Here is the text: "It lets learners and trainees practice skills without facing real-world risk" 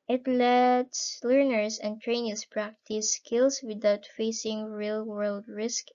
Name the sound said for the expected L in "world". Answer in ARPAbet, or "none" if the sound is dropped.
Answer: L